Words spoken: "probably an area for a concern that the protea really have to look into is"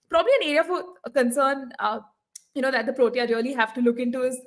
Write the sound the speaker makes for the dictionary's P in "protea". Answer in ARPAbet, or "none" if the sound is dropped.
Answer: P